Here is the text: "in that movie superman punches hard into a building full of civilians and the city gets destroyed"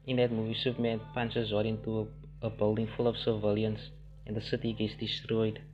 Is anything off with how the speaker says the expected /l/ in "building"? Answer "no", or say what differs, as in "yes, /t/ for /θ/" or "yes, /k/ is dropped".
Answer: no